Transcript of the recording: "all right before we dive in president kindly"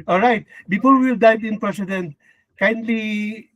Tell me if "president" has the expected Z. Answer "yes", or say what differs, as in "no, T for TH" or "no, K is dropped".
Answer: no, S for Z